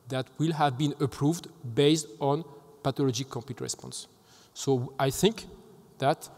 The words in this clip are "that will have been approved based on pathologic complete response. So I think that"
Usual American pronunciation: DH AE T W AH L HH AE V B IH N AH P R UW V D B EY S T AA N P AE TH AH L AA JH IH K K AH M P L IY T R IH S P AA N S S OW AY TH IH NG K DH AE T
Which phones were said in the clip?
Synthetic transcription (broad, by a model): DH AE T W AH L HH AE V B IH N AH P R UW V D B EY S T AA N P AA T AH L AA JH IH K K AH M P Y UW T R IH S P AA N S S OW AY TH IH NG K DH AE T